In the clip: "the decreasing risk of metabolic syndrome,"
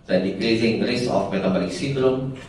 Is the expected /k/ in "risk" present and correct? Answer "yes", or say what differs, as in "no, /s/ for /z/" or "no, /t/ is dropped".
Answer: no, /k/ is dropped